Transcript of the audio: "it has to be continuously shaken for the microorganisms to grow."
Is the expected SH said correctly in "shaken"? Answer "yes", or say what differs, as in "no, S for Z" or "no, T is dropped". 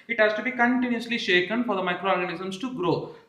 yes